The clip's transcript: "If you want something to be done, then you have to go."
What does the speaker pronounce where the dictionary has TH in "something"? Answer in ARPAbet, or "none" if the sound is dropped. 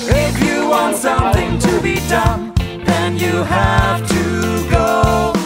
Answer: TH